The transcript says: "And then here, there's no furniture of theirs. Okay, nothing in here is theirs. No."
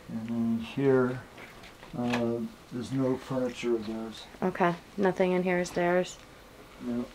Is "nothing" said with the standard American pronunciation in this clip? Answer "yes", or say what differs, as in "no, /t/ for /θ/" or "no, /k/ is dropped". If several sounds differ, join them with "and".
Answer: yes